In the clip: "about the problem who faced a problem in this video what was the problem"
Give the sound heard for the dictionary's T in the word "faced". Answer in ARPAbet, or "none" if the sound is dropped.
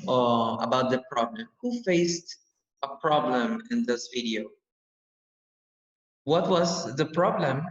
T